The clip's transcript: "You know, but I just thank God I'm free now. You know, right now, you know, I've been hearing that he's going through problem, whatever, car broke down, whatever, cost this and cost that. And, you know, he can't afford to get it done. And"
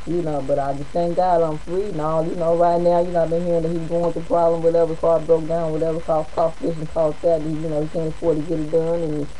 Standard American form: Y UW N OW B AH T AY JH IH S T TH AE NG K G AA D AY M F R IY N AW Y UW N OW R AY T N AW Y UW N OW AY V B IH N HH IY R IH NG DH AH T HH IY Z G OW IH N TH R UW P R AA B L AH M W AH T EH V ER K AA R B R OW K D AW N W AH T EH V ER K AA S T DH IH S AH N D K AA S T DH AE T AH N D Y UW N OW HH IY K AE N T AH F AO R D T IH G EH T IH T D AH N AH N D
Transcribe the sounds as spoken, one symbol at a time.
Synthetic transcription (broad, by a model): Y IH N OW B AH T AY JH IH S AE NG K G AA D AY M F R IY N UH Y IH N OW R AY T N AW Y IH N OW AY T B IH N HH IY R IH NG DH AH T HH IY Z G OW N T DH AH P R AA B L AH M W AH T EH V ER K AA L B R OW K D AW N W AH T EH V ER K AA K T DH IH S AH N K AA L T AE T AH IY Y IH N OW HH IY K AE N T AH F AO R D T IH G EH T IH T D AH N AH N